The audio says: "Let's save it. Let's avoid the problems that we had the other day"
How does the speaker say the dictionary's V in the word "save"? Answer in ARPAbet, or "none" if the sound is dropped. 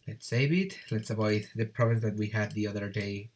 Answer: B